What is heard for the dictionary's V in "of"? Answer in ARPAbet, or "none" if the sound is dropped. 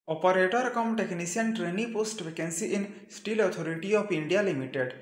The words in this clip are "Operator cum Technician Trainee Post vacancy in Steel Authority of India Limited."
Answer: P